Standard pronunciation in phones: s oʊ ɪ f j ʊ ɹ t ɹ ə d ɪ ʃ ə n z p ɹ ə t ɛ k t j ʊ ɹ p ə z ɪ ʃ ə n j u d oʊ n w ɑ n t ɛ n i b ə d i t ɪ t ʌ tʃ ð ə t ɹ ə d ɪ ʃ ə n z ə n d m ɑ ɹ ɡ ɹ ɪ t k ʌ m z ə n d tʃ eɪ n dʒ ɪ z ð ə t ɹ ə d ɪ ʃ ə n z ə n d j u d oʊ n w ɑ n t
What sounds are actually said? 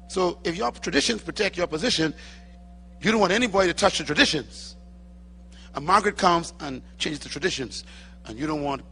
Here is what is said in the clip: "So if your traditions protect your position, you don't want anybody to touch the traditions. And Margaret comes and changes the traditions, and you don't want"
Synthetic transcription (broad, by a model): s oʊ ɪ f j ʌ ɹ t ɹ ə d ɪ ʃ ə n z p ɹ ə t ɛ k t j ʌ ɹ p ə z ɪ ʃ ə n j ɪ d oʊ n w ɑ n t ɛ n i b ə d i t ɪ t ʌ tʃ ð ə t ɹ ə d ɪ ʃ ə n z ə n m ɑ ɹ ɡ ɹ ɪ t k ʌ m z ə n tʃ eɪ n dʒ ɪ z ð ə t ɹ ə d ɪ ʃ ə n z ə n j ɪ d oʊ n w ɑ n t